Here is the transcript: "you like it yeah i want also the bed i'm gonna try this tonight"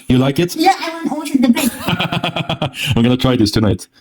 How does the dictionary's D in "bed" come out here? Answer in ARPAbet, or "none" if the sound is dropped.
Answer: none